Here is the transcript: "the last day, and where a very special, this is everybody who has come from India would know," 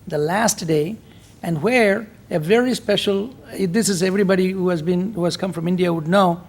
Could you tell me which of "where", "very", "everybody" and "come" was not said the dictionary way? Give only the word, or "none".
none